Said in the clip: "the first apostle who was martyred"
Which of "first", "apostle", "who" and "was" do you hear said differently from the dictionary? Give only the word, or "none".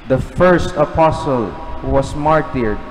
was